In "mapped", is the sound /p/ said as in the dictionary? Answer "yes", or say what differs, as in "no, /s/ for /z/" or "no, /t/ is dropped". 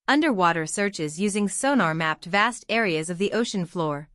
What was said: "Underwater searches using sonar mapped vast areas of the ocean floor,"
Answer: yes